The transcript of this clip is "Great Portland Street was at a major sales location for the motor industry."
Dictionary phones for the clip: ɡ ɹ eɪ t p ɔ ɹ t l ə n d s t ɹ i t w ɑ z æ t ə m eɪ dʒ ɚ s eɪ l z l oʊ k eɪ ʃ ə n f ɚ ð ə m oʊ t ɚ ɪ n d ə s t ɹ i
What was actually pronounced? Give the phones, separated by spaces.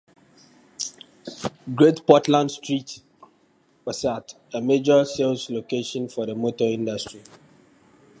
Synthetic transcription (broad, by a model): ɡ ɹ eɪ t p ɔ t l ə n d s t ɹ i t w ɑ s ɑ t ə m eɪ dʒ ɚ s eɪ l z l oʊ k eɪ ʃ ə n f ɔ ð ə m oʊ t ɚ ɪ n d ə s t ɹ i